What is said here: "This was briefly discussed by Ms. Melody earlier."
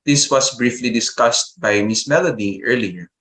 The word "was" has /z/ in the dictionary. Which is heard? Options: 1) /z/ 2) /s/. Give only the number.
2